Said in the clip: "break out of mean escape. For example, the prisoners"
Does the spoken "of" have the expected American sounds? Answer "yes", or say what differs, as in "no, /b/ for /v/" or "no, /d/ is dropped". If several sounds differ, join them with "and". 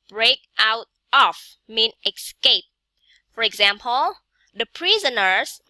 no, /f/ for /v/